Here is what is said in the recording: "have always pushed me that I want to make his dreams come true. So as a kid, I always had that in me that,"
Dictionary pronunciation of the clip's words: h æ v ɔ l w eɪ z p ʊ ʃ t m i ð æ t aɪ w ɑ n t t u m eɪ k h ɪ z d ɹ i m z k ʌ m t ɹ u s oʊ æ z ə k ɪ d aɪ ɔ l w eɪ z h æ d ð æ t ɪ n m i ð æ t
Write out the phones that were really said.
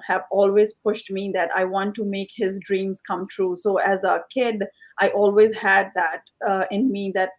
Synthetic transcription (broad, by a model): h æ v ɔ l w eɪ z p ʊ ʃ t m i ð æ t aɪ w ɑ n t t u m eɪ k h ɪ z d ɹ i m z k ʌ m t ɹ u s oʊ æ z ə k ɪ d aɪ ɔ l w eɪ z h æ d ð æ t ɪ n m i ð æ t